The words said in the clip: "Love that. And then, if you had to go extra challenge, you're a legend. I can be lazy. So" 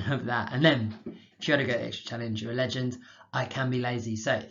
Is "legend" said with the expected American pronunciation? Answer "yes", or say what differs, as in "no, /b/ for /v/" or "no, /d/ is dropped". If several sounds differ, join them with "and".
yes